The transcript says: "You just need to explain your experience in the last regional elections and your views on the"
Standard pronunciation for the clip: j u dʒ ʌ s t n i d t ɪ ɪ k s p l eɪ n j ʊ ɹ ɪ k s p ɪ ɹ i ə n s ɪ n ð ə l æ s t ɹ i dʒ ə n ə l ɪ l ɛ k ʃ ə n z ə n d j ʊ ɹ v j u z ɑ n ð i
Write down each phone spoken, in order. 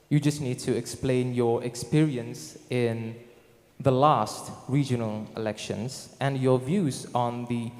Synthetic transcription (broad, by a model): j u dʒ ʌ s t n i d t ɪ ɪ k s p l eɪ n j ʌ ɹ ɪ k s p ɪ ɹ i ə n s ɪ n ð ə l æ s t ɹ i dʒ ə n ə l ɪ l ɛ k ʃ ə n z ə n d j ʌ ɹ v j u z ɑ n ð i